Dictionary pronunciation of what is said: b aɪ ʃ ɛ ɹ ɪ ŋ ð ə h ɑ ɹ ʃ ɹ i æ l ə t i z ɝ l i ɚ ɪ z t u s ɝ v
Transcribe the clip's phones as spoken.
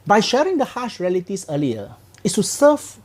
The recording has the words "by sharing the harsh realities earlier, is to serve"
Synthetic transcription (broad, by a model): b aɪ ʃ ɛ ɹ ɪ ŋ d ə h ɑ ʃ ɹ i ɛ l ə t i s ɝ l i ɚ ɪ s t u s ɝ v